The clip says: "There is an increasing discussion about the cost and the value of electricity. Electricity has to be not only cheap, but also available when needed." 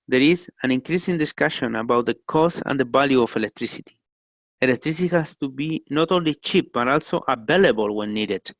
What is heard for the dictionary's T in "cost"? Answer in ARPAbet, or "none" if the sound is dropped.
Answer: none